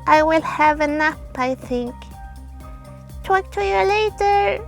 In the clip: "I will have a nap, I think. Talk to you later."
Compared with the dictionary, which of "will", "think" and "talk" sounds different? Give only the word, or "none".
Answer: none